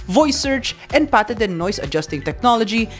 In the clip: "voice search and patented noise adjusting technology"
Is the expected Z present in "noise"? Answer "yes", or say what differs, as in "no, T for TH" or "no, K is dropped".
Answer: no, S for Z